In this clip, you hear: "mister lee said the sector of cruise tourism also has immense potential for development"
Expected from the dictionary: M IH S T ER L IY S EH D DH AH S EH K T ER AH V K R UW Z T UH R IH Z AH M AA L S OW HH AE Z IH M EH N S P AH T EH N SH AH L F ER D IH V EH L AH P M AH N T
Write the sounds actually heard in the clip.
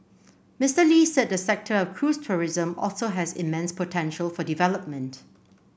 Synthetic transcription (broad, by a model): M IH S T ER L IY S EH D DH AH S EH K T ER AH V K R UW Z T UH R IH Z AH M AA L S OW HH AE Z IH M EH N S P AH T EH N SH AH L F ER D IH V EH L AH P M AH N T